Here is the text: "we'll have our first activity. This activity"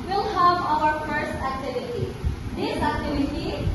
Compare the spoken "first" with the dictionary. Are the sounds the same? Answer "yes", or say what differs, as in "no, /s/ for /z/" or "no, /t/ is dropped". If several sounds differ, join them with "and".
no, /t/ is dropped